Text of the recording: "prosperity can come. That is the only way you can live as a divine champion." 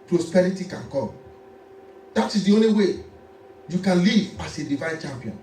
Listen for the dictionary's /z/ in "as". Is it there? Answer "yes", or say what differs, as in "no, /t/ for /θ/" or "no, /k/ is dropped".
no, /s/ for /z/